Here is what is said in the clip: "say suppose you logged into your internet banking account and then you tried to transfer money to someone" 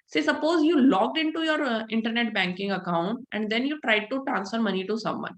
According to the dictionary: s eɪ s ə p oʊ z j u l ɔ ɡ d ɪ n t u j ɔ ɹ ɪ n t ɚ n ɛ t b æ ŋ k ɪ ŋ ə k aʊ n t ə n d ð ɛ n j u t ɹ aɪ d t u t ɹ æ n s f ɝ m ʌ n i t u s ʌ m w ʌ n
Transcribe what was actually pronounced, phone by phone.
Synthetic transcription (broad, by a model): s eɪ s ə p oʊ z j u l ɔ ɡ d ɪ n t u j ɔ ɹ ɪ n t ɚ n ɛ t b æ ŋ k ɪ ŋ ə k aʊ n t ə n d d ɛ n j u t ɹ aɪ d t u t ɹ æ n s f ɝ m ʌ n i t u s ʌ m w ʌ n